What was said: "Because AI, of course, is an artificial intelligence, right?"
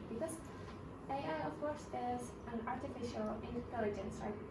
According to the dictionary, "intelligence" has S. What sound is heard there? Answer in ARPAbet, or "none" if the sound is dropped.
S